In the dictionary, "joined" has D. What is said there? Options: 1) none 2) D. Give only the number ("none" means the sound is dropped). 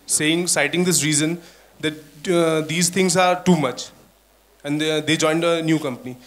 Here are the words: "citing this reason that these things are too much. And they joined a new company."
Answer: 2